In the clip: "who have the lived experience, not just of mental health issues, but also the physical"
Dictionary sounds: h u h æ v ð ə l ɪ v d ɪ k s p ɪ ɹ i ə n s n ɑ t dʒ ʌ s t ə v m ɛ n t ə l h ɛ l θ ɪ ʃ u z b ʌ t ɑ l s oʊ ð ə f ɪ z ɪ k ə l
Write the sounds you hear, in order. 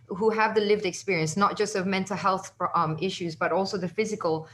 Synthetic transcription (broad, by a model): h u h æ v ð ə l ɪ v d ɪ k s p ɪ ɹ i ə n s n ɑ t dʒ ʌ s t ə v m ɛ n t ə l h ɛ l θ ɪ ʃ u z b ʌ t ɑ l s oʊ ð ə f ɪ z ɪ k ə l